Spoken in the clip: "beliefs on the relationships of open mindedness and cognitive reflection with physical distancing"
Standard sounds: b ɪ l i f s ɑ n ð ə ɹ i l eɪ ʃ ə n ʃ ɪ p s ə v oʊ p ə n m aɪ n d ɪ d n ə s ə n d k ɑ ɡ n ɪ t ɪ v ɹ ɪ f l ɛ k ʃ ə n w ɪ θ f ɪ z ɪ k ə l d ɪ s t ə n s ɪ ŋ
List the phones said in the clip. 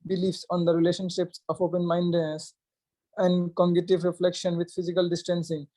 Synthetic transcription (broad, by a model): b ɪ l i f s ɑ n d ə ɹ i l eɪ ʃ ə n ʃ ɪ p s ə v oʊ p ə n m aɪ n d d n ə s ə n d k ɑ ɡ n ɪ t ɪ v ɹ ɪ f l ɛ k ʃ ə n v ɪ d f ɪ z ɪ k ə l d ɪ s t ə n s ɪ ŋ